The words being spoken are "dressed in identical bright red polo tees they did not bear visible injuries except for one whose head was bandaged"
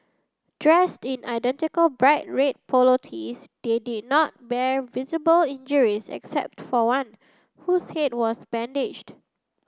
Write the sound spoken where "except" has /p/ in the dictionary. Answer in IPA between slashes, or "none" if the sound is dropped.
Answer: /p/